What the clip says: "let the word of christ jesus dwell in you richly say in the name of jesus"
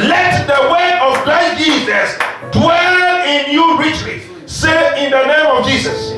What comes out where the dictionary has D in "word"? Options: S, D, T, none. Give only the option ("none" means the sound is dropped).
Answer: none